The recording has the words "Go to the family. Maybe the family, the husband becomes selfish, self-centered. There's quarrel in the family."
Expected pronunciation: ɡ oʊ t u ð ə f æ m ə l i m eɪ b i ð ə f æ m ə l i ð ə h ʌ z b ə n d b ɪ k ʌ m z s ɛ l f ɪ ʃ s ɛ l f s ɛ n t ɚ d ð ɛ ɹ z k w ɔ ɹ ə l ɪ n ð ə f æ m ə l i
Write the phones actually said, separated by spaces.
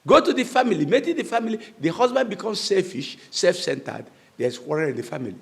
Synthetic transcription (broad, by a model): ɡ oʊ t u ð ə f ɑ m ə l i m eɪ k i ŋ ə f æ m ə l i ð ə h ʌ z b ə n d b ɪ k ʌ m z s ɛ l f ɪ ʃ s ɛ l f s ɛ n t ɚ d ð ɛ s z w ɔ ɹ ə n ɪ n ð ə f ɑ m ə l i